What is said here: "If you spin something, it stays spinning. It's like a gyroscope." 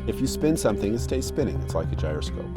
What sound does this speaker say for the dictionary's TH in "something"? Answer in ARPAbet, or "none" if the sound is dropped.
TH